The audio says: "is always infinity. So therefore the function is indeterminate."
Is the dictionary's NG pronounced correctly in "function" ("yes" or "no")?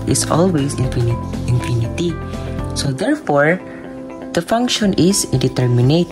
yes